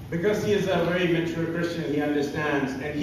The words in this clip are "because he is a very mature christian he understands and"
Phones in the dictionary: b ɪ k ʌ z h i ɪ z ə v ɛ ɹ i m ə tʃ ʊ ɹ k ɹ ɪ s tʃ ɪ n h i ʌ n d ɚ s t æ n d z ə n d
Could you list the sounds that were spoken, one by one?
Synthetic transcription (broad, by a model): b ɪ k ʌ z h i ɪ z ə v ɛ ɹ i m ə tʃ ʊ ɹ k ɹ ɪ s tʃ ɪ n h i ʌ n d ɚ s t æ n d z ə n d